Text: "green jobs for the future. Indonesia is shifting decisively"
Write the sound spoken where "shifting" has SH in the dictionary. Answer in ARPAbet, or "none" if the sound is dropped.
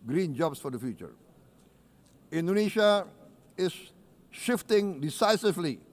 SH